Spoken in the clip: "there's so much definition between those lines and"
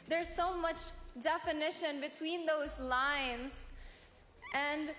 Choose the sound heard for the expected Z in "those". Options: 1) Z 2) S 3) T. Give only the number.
1